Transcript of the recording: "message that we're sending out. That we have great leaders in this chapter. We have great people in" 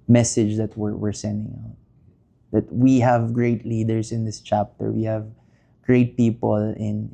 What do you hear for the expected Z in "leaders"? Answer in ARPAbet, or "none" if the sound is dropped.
S